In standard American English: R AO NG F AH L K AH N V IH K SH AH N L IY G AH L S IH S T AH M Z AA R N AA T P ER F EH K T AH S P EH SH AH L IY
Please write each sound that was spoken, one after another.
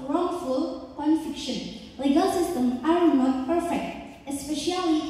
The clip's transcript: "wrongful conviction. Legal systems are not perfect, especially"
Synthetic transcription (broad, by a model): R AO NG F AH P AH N F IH K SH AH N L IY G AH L S IH S T AH M Z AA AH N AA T P ER F EH K T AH S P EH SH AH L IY